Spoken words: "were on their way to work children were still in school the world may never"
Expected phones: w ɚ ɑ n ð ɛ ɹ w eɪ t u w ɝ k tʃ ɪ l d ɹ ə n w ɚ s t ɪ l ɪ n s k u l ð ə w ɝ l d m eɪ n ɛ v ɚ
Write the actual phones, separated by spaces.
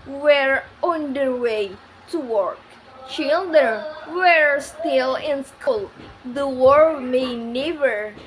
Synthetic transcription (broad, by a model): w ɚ ɑ n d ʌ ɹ w eɪ t u w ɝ k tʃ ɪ l d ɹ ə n w ɚ s t ɪ l ɪ n s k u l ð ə w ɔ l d m eɪ n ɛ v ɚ